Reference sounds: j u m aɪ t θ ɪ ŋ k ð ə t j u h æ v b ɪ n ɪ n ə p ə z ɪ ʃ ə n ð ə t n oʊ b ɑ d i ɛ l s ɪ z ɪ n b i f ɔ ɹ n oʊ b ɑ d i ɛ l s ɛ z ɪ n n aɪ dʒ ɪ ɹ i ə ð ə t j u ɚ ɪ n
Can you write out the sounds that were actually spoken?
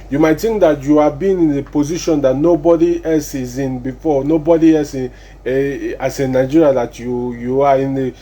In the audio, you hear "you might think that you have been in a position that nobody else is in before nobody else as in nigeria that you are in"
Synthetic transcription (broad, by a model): j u m aɪ t t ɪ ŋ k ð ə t j u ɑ b ɪ n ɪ n ə p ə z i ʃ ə n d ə t n oʊ b ɑ d i ɛ l s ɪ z ɪ n b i f ɔ n oʊ b ɑ d i ɛ l s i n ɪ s n aɪ dʒ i ɹ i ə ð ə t j u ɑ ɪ n